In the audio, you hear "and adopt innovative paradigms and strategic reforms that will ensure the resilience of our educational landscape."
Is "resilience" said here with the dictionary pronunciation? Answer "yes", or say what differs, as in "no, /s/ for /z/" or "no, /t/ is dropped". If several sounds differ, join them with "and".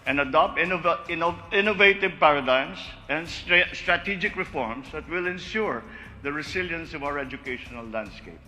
no, /s/ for /z/